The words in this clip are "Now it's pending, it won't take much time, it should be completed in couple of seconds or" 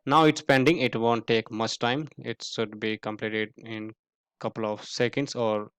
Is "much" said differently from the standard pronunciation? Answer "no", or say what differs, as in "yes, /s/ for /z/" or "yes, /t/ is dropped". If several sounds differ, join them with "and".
no